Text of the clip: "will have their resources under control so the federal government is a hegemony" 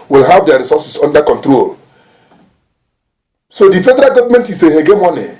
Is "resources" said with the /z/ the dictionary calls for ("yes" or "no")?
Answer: no